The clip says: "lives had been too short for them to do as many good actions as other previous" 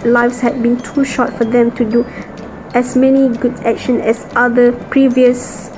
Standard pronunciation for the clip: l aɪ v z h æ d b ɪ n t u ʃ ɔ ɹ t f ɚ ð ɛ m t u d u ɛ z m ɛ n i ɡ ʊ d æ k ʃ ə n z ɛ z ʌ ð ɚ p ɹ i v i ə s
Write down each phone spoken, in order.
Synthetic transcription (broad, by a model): l aɪ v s h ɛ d b ɪ n t u ʃ ɔ t f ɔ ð ɛ m t u d u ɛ s m ɛ n i ɡ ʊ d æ k ʃ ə n ɛ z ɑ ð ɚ p ɹ i v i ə s